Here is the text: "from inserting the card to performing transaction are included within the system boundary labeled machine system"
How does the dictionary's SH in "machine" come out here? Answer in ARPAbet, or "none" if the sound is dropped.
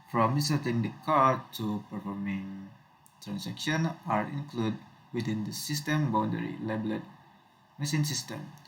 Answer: S